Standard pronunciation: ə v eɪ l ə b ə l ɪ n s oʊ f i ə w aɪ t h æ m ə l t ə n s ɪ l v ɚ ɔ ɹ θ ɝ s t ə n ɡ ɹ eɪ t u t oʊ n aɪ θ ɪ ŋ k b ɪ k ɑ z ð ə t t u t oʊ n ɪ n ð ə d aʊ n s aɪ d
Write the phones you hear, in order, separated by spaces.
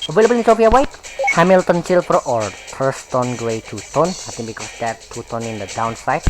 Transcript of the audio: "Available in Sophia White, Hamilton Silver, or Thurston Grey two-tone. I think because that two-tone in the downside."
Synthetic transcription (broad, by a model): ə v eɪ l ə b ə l ɪ n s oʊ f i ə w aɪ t h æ m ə l t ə n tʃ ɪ l p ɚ ɔ ɹ t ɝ s t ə n ɡ ɹ eɪ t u t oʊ n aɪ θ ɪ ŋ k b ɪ k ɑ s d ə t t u t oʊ n ɪ n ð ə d aʊ n s aɪ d